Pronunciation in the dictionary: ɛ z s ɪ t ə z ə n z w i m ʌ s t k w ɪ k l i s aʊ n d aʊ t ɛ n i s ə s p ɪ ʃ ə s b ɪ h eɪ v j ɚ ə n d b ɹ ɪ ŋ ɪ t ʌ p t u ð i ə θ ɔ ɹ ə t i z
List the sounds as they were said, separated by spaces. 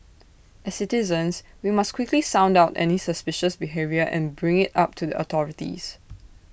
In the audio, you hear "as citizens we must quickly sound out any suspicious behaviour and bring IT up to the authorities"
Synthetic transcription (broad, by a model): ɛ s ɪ t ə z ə n s w i m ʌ s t k w ɪ k l i s aʊ n d aʊ t ɛ n i s ə s p ɪ ʃ ə s b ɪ h eɪ v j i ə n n b ɹ ɪ ŋ ɪ t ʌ p t u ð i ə t ɔ ɹ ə t i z